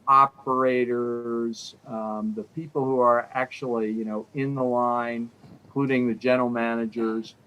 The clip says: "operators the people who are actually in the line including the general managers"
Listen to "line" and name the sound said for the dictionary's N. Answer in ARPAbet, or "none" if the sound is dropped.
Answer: none